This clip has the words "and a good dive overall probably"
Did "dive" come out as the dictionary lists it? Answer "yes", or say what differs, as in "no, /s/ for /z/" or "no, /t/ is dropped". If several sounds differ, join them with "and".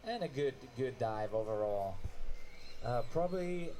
yes